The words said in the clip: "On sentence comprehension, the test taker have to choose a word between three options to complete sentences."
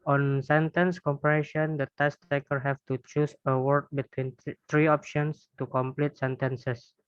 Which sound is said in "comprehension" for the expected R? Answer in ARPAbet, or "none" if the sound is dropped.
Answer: none